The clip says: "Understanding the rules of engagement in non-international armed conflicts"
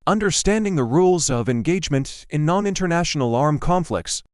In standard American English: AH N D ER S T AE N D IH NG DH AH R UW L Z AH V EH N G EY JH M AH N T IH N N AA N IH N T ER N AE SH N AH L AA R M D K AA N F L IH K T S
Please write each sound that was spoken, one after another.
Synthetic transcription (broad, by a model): AH N D ER S T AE N D IH NG DH AH R UW L Z AH V EH N G EY JH M AH N T IH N N AA N IH N T ER N AE SH N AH L AA R M K AA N F L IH K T S